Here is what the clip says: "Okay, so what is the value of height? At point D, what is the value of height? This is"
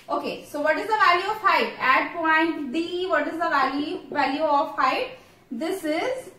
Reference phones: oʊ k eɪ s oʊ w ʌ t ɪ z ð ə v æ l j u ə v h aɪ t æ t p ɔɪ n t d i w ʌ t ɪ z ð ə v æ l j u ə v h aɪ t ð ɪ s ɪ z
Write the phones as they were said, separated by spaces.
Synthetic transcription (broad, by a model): oʊ k eɪ s oʊ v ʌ t ɪ z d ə v æ l j u ə v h aɪ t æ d p ɔɪ n t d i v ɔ t ɪ z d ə v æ l j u ə v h aɪ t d ɪ s ɪ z